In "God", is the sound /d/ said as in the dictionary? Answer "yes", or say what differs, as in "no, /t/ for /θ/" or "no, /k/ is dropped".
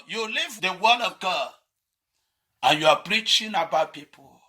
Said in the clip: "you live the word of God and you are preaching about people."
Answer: no, /d/ is dropped